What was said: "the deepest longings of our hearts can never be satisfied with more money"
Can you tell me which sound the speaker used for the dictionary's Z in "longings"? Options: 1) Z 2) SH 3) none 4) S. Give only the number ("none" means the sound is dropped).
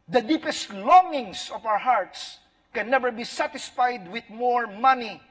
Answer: 4